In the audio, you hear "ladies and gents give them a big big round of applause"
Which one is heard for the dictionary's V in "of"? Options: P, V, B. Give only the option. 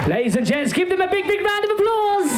V